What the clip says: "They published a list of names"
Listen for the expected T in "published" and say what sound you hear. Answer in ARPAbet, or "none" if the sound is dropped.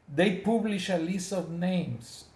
none